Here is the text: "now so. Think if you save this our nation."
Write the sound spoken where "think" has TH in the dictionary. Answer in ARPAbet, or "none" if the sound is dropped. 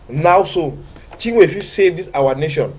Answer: T